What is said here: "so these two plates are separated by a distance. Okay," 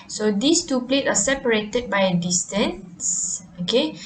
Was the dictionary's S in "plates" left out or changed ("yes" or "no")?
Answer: yes